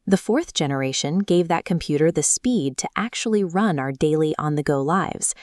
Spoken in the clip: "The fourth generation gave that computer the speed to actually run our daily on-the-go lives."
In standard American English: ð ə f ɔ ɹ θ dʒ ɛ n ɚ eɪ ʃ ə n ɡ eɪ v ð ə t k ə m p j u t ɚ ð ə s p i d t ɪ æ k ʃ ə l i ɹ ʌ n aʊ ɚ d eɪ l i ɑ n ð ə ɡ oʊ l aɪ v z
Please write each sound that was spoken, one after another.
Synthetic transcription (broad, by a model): ð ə f ɔ ɹ θ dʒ ɛ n ɚ eɪ ʃ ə n ɡ eɪ v ð ə t k ə m p j u t ɚ ð ə s p i d t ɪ æ k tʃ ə l i ɹ ʌ n aʊ ɚ d eɪ l i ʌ n ð ə ɡ oʊ l aɪ v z